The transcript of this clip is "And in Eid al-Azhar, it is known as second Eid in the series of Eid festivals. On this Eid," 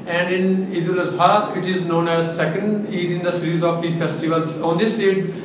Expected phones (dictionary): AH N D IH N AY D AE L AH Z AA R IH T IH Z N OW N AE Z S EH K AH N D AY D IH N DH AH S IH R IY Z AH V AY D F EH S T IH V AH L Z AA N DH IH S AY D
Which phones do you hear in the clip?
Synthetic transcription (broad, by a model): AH N D IH N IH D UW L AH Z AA IH T IH Z N OW N AE Z S EH K AH N D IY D IH N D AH S IH R IY Z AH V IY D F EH S T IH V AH L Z AA N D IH S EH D